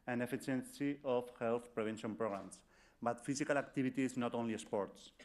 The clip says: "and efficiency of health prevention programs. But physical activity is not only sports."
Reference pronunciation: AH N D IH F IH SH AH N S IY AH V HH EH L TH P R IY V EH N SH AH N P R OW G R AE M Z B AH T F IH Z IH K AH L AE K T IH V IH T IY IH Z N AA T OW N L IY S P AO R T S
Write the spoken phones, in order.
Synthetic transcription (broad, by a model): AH N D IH F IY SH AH N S IY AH F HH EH L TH P R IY B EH N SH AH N P R OW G R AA M S B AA T F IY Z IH K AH L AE K T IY B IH T IY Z N AA T OW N L IY S P AO R T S